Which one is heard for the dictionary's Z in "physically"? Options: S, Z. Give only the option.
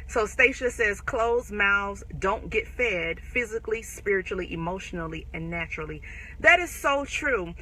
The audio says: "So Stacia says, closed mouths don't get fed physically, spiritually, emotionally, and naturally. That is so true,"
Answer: Z